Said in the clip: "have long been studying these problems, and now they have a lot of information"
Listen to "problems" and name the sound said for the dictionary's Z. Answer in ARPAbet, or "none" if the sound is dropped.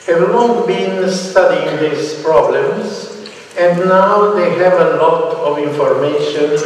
S